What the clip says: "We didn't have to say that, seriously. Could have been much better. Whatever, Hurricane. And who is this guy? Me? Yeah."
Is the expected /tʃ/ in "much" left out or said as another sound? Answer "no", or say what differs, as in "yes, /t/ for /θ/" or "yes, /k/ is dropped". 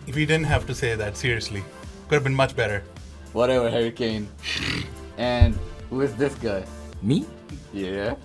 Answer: no